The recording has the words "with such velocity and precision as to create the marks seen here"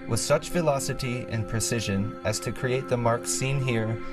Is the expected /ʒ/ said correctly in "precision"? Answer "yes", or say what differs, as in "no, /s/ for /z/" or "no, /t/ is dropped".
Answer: yes